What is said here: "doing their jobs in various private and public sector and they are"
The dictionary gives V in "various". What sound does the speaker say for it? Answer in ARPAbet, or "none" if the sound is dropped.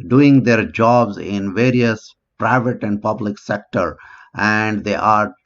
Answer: V